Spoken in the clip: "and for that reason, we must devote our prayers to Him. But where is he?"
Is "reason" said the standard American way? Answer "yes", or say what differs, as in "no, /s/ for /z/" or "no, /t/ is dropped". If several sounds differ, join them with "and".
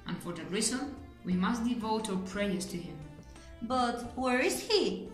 no, /l/ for /n/